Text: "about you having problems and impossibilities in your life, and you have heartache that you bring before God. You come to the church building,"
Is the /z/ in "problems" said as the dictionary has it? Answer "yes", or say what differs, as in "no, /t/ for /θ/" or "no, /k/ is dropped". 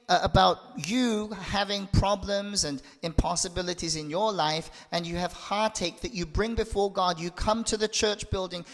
yes